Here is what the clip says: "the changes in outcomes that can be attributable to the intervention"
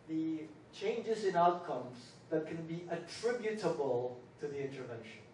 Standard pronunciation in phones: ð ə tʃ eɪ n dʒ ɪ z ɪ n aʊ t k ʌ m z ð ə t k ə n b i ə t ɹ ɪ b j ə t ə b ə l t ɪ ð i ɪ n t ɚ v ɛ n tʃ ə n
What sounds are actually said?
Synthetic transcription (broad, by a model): ð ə tʃ eɪ n dʒ ɪ z ɪ n aʊ t k ʌ m z ð ə t k ə n b i ə t ɹ ɪ b j ə t ə b ə l t ɪ ð i ɪ n t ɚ v ɛ n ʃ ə n